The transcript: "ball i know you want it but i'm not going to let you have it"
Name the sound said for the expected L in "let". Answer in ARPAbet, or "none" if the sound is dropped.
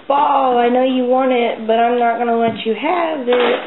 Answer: W